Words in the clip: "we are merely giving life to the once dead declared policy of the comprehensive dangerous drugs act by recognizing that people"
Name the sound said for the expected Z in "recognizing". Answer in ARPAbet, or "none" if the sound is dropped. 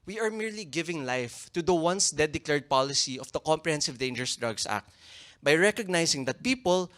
S